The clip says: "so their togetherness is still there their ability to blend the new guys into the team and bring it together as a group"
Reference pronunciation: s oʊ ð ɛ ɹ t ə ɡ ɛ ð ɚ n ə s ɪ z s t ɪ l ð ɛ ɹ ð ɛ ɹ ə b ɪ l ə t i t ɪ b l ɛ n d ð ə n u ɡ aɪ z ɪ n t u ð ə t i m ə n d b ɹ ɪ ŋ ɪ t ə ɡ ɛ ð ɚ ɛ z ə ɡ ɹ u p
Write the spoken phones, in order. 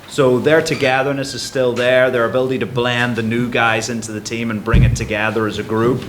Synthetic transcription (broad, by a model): s oʊ ð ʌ ɹ t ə ɡ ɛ ð ɚ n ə s ɪ z s t ɪ l ð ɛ ɹ ð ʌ ɹ ə b ɪ l ə t i t ɪ b l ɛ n ð ə n u ɡ aɪ z ɪ n t u ð ə t i m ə n b ɹ ɪ ŋ ɪ t ə ɡ ɛ ð ɚ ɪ z ə ɡ ɹ u p